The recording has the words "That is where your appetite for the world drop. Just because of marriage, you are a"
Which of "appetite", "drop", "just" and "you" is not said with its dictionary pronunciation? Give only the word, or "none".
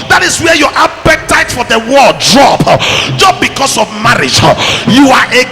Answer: appetite